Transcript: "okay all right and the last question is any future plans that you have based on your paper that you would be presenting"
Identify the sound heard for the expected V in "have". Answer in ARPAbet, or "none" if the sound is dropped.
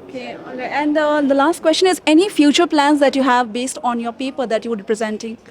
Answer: V